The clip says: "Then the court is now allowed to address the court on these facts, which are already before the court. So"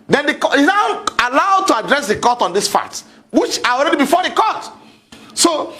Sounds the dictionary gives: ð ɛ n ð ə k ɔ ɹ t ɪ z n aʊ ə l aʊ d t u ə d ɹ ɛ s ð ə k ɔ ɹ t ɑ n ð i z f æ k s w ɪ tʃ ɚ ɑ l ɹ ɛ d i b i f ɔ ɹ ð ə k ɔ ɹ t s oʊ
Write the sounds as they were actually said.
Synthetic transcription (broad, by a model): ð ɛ n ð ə k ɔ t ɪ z n aʊ ə l aʊ d t u ə d ɹ ɛ s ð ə k ɔ t ɑ n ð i s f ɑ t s w ɪ tʃ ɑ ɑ l ɹ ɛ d i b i f ɔ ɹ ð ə k ɔ t s oʊ